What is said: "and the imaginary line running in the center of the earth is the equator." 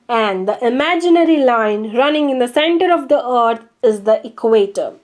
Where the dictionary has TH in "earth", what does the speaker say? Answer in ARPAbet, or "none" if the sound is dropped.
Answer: T